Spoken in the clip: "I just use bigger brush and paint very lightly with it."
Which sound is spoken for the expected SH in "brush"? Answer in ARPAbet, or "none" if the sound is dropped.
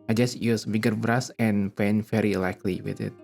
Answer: S